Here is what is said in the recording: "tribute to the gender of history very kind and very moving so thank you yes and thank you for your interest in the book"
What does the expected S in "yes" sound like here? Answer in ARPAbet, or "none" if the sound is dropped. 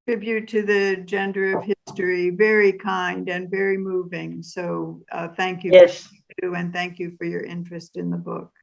none